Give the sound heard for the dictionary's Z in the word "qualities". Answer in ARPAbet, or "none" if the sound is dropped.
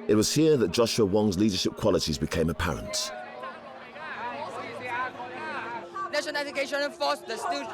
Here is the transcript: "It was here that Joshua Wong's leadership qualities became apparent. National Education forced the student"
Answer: Z